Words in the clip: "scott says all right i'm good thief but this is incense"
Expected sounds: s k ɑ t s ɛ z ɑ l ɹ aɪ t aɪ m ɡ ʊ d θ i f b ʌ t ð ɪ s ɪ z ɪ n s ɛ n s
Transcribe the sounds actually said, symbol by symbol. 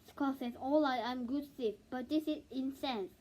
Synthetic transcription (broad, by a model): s k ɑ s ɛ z ɑ l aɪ aɪ m ɡ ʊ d t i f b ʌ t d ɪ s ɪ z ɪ n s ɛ n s